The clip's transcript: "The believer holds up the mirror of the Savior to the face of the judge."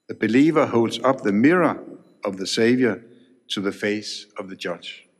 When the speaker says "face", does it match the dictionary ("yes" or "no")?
yes